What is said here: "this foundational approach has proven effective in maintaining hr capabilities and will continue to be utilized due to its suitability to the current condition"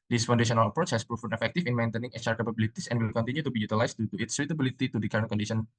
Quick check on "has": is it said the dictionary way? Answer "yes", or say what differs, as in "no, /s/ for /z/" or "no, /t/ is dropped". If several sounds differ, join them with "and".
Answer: no, /s/ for /z/